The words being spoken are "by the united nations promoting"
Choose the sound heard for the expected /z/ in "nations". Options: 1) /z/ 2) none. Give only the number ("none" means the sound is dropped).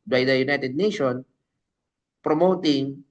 2